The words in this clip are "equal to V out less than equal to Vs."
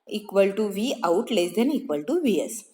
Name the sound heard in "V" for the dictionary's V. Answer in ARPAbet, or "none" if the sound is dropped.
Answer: V